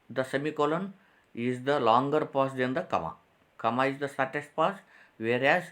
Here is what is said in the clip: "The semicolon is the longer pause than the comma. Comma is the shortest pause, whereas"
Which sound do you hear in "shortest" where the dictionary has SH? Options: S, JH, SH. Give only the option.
S